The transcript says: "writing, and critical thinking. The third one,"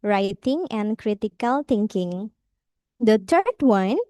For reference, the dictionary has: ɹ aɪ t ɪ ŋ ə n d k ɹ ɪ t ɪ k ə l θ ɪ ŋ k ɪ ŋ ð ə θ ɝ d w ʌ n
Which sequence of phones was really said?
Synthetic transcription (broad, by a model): ɹ aɪ t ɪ ŋ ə n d k ɹ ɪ t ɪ k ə l t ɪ ŋ k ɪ ŋ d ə t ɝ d w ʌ n